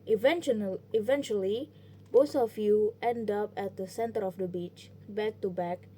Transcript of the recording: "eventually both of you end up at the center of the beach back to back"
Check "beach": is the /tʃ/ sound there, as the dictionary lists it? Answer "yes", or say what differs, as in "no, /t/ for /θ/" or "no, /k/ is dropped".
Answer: yes